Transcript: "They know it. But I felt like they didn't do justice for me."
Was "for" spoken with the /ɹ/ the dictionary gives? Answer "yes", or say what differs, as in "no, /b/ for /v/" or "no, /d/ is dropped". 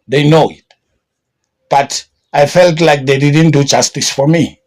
yes